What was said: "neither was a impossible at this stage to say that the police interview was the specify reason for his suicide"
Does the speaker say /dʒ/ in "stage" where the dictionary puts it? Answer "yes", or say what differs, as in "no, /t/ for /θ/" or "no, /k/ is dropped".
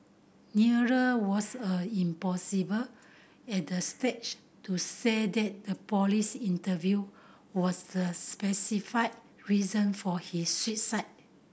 no, /tʃ/ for /dʒ/